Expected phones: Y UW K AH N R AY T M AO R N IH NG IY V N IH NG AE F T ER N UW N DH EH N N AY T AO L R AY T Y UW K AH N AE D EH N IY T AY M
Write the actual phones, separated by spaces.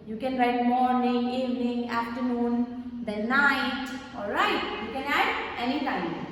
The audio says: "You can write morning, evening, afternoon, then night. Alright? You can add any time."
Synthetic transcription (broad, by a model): Y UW K AH N R AY T M AO R N IH NG IY V N IH NG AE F T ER N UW N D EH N N AY T AO L R AY T Y UW K AH N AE D EH N IY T AY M